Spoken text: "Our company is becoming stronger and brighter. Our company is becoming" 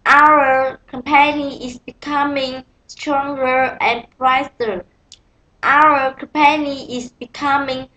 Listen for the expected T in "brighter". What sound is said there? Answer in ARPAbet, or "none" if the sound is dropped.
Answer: S